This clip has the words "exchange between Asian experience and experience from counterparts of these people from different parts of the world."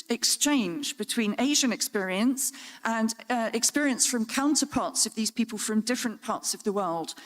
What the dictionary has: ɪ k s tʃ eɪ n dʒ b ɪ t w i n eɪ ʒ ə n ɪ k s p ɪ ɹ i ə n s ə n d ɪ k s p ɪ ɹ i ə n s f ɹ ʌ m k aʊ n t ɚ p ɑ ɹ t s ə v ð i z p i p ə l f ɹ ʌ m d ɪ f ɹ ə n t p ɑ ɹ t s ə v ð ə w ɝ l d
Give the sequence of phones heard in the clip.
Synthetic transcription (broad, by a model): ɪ k s tʃ eɪ n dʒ b ɪ t w i n eɪ ʒ ə n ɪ k s p ɪ ɹ i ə n s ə n ɪ k s p ɪ ɹ i ə n s f ɹ ʌ m k aʊ n t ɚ p ɑ t s ə v ð i z p i p ə l f ɹ ʌ m d ɪ f ɹ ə n p ɑ t s ə v ð ə w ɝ l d